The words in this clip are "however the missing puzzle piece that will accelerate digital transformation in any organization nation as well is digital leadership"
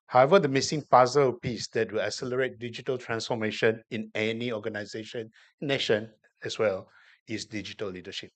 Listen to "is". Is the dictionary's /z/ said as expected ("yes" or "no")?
no